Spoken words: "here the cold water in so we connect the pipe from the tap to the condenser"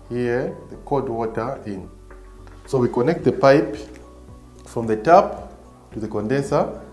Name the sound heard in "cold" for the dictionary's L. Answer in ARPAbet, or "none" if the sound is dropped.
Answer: none